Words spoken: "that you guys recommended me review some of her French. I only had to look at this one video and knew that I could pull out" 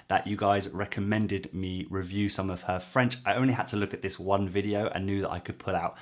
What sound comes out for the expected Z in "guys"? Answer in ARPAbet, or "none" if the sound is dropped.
Z